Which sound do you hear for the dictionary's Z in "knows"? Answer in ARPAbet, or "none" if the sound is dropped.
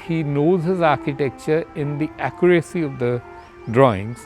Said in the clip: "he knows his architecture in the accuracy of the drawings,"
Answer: Z